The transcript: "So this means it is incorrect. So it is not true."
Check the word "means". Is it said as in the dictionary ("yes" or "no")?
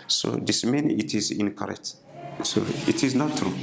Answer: no